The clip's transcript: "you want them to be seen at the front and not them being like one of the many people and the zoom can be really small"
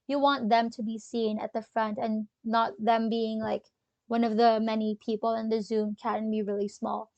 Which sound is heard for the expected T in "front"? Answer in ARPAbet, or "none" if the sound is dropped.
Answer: T